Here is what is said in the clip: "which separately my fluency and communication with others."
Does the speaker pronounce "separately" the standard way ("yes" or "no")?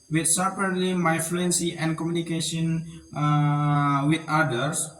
no